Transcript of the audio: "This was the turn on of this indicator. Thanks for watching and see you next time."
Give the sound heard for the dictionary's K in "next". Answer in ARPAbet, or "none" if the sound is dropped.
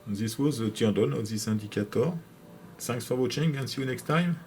K